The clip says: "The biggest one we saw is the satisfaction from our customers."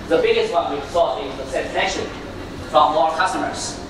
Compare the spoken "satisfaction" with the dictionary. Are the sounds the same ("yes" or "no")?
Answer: no